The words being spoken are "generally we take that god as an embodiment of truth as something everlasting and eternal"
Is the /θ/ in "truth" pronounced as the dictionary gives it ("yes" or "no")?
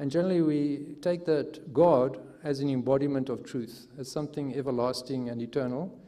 yes